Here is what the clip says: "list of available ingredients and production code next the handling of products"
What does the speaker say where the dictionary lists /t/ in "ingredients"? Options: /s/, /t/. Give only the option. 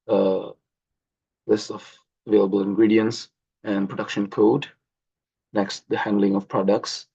/t/